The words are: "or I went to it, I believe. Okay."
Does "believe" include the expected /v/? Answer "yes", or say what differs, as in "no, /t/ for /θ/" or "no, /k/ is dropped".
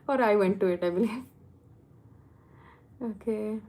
no, /v/ is dropped